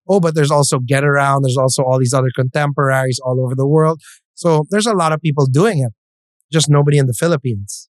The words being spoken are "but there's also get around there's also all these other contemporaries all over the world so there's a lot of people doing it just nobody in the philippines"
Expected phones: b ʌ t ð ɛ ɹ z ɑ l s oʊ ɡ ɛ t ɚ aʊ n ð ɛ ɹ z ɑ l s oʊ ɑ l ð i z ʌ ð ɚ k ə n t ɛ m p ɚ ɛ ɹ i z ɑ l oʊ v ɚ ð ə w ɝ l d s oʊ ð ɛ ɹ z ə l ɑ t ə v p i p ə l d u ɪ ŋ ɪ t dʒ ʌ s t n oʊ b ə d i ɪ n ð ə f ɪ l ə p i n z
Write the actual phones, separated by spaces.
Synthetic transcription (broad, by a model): b ʌ t ð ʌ ɹ z ɑ l s oʊ ɡ ɛ t ɚ aʊ n ð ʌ ɹ z ɑ l s oʊ ɑ l ð i z ʌ ð ɚ k ə n t ɛ m p ɚ ɛ ɹ i z ɑ l oʊ v ɚ ð ə w ɝ l d s oʊ ð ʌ ɹ z ə l ɑ t ə v p i p l d u ɪ ŋ ɪ t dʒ ʌ s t n oʊ b ə d i ɪ n ð ə f ɪ l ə p i n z